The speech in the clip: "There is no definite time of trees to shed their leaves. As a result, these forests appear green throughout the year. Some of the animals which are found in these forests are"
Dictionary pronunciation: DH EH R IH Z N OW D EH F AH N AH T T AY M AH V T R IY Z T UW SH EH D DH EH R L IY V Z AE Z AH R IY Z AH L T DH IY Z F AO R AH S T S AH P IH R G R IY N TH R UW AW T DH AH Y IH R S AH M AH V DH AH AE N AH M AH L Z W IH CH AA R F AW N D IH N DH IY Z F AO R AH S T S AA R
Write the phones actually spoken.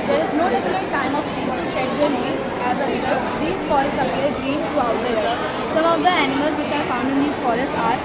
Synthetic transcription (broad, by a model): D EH R IH Z N OW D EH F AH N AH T T AY M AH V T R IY T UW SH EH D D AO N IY Z AE Z AH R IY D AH T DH IY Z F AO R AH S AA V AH AH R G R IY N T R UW AW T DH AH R S AH M AH V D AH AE N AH M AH L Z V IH CH AA R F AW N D IH N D IY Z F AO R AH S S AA R